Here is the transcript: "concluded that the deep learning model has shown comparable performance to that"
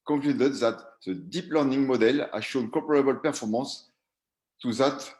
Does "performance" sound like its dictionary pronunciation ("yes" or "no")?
no